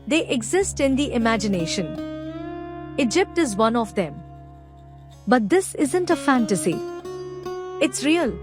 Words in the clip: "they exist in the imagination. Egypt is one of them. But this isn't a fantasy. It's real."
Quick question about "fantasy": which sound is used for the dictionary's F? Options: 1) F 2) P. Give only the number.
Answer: 1